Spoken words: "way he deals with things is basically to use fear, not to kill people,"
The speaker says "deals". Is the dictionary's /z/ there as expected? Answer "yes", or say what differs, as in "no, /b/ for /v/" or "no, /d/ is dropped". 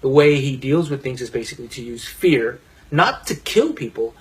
yes